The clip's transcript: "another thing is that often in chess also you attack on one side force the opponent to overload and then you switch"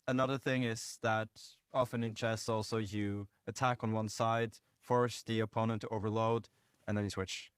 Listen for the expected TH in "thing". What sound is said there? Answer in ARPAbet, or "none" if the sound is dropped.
TH